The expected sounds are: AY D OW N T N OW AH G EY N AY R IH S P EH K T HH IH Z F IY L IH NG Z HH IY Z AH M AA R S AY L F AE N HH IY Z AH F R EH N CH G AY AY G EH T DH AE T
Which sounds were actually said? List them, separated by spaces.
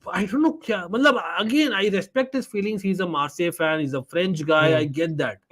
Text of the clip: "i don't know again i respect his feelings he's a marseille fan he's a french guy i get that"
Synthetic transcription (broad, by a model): AY D OW N T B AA AH G EY N AY R IH S P EH K T HH IH Z F IY L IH NG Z HH IY Z AH M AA R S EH F AE N HH IY Z AH F R EH N CH G AY AY G EH T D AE T